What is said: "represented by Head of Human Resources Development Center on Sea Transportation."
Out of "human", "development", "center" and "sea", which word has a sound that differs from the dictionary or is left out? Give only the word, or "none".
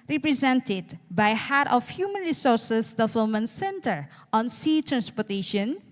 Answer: development